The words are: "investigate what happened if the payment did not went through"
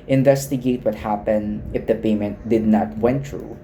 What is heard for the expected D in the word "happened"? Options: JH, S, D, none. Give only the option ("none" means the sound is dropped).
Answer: D